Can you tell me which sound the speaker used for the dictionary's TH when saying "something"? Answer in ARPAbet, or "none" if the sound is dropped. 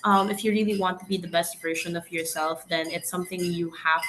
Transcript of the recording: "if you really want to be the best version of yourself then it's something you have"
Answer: TH